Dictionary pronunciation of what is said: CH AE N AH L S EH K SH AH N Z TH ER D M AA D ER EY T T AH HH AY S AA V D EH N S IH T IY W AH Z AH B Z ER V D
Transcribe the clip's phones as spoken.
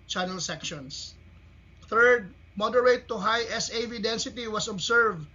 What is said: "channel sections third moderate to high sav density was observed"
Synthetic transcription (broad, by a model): CH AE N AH L S EH K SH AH N S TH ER D M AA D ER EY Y T AH HH AY S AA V D EH N S IH T IY W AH S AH B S ER V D